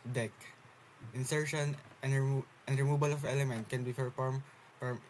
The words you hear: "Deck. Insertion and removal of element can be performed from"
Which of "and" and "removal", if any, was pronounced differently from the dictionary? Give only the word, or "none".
removal